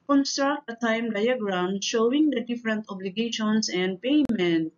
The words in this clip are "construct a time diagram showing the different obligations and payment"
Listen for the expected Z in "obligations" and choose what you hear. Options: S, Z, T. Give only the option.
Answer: S